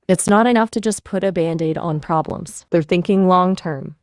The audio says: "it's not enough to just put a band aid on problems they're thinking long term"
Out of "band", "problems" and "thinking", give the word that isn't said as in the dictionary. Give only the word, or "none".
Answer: none